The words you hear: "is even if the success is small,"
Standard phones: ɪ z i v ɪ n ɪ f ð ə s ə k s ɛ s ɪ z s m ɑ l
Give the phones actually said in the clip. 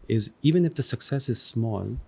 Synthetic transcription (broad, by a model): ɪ z i v ɪ n ɪ f ð ə s ə k s ɛ s ɪ z s m ɑ l